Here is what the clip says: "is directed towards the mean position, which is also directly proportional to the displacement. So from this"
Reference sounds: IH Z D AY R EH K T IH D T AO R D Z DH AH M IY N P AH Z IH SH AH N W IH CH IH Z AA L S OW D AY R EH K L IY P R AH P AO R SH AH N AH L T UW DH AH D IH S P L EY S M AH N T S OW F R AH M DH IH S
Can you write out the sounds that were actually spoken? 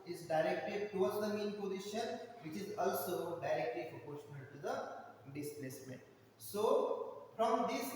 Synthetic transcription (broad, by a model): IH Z D AY R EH K T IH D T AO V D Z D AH M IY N P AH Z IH SH AH N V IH CH IH Z AA L S OW D AY R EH K L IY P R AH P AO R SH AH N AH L T UW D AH D IH S P L EY S M AH N T S OW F R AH M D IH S